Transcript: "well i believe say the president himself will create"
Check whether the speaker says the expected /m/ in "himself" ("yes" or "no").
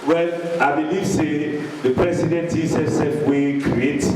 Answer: no